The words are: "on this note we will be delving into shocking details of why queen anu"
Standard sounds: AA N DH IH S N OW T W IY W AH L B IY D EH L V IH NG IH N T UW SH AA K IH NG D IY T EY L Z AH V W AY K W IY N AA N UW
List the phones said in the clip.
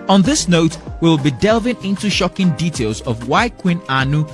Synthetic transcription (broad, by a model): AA N DH IH S N OW T W IY W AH L B IY D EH L V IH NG IH N T UW SH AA K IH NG D IY T EY L Z AH V W AY K W IY N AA N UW